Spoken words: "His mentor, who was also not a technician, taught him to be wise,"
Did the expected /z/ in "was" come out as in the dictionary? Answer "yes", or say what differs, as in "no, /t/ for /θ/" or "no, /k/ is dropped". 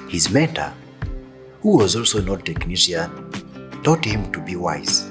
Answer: yes